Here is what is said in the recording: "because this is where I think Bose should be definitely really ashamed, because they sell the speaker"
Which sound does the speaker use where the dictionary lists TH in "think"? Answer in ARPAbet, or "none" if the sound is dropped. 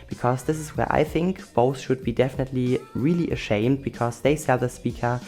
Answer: TH